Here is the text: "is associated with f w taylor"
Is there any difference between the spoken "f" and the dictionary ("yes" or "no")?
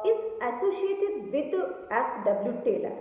yes